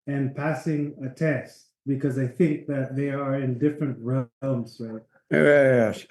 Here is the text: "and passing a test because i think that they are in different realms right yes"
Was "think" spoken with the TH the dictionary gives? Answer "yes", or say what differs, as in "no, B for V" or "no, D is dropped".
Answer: yes